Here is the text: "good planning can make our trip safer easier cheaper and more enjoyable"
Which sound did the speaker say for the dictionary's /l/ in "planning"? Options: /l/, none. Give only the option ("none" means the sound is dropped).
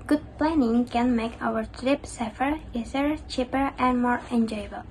/l/